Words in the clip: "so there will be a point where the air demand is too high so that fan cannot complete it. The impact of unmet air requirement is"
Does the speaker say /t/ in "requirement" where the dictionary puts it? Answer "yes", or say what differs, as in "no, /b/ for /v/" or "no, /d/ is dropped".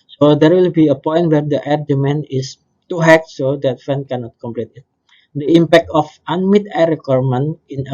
no, /t/ is dropped